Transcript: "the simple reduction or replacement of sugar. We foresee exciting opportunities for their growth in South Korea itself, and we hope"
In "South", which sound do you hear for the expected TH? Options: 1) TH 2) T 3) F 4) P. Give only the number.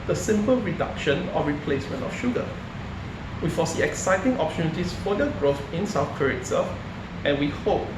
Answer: 3